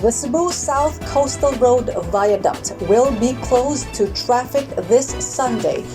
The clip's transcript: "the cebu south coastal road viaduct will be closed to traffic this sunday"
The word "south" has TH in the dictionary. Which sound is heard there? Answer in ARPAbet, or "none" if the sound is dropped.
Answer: TH